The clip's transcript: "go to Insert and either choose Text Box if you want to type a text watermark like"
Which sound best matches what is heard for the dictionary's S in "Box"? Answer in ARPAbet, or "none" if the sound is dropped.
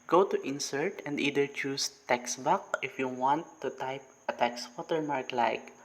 none